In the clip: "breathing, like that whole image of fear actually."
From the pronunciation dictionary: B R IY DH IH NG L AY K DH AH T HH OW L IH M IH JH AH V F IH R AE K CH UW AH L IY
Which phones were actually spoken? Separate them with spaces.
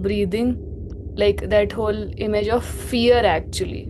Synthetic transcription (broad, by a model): B R IY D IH NG L AY K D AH T HH OW L IH M IH JH AH V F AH R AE K CH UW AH L IY